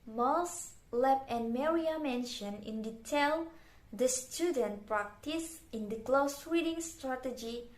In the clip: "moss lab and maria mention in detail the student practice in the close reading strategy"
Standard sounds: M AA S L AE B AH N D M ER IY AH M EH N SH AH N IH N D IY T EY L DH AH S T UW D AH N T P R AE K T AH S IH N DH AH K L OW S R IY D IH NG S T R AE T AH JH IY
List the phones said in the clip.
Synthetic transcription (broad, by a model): M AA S L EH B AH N M ER IY AH M EH N SH AH N IH N D IY T EY L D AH S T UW D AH N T P R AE K T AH S IH N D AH K L OW S W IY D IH NG S T R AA T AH JH IY